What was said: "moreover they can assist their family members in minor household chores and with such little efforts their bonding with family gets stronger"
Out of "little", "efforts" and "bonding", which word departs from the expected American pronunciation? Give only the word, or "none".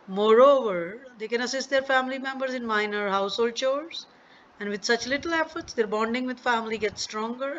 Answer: none